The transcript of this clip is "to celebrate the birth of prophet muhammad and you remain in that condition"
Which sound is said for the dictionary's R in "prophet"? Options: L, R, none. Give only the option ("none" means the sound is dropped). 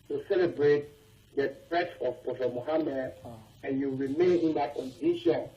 none